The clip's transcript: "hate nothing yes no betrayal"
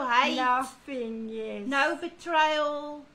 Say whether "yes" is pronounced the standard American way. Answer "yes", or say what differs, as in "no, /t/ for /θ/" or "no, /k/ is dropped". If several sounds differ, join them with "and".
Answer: no, /s/ is dropped